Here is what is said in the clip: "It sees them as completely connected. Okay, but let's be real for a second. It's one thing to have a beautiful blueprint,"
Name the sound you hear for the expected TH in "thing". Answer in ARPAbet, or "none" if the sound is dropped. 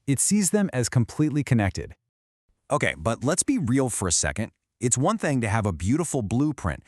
TH